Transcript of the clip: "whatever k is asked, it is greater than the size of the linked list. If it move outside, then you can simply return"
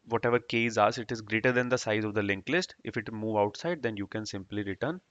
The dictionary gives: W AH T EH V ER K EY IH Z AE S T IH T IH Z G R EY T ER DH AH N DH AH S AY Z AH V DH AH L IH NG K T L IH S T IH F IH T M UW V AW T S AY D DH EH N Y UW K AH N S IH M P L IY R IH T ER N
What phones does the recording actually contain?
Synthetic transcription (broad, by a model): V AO T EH V ER K EY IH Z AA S IH T IH Z G R EY T ER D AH N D AH S AY Z AH V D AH L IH NG K L IH S T IH F IH T M UW V AW T S AY D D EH N Y UW K AH N S IH M P L IY R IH T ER N